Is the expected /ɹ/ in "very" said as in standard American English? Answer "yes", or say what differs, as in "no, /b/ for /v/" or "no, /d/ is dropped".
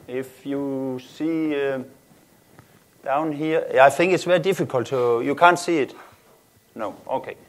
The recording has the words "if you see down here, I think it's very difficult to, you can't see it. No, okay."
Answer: no, /ɹ/ is dropped